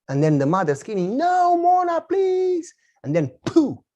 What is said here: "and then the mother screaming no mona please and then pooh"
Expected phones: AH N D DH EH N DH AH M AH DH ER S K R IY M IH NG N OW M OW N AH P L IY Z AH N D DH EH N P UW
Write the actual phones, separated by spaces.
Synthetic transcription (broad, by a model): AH N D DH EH N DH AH M AH DH ER S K IY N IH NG N OW M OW N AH P L IY Z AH N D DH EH N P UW